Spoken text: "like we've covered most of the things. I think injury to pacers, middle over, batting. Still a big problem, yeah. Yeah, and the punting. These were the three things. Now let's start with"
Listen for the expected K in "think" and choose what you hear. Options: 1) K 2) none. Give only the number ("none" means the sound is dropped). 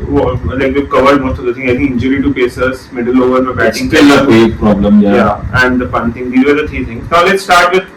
2